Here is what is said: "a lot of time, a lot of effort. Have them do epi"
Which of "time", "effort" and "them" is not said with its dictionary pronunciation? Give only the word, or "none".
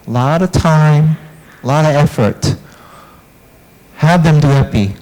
none